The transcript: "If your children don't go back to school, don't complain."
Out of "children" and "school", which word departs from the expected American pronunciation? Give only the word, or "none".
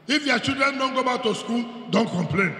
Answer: children